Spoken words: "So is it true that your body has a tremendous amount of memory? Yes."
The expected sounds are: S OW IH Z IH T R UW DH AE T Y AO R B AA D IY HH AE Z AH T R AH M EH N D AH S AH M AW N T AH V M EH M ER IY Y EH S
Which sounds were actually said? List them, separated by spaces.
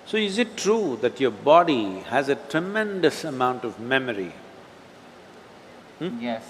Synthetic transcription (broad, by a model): S OW IH Z IH T R UW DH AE T Y AO R B AA D IY HH AE Z AH T R AH M EH N D AH S AH M AW N T AH V M EH M ER IY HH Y